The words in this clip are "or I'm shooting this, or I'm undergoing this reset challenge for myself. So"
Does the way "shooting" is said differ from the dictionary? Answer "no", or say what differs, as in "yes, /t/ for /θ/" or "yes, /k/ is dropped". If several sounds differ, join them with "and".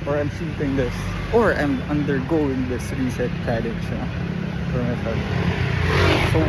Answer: yes, /s/ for /ʃ/